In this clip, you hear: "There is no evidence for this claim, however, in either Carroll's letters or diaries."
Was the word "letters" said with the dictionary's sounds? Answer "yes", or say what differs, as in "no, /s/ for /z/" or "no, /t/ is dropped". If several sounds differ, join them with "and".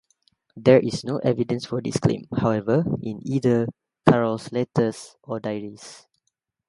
no, /s/ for /z/